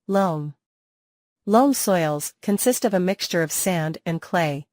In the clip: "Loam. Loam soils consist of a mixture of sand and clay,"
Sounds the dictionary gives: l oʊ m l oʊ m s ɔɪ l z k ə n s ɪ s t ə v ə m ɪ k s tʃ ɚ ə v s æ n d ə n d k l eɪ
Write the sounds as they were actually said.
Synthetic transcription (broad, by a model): l oʊ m l oʊ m s ɔɪ l z k ə n s ɪ s t ə v ə m ɪ k s tʃ ɚ ə v s æ n d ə n k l eɪ